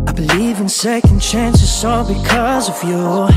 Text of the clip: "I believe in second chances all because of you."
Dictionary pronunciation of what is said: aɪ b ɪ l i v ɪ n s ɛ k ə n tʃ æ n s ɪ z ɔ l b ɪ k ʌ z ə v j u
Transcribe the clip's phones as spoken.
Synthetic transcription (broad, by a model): aɪ b ɪ l i v ɪ n s ɛ k ə n tʃ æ n s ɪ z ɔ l b ɪ k ʌ z ə v j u